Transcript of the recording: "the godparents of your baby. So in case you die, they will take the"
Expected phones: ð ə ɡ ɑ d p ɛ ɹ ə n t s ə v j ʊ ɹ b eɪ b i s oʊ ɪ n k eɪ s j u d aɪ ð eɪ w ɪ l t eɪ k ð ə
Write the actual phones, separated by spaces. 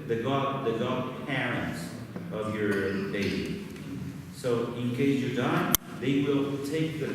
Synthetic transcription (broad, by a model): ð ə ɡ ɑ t p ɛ ɹ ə n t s ə v j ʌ ɹ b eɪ i s oʊ ɪ n k eɪ s j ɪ d aɪ ð eɪ w ɪ l t eɪ k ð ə